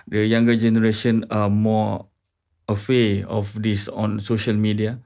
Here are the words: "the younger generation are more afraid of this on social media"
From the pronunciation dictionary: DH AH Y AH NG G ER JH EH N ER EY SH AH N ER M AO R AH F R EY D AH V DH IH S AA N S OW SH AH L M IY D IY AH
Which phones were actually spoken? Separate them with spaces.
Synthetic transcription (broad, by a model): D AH Y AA NG G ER JH EH N ER EY SH AH N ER M AO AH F EY AH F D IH S AA N S OW SH AH L M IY D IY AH